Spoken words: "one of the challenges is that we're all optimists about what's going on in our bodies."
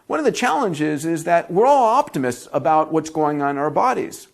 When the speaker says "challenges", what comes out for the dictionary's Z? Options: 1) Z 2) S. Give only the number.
1